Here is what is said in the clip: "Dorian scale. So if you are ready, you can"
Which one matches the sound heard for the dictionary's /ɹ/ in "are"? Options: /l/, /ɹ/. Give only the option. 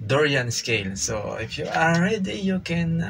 /l/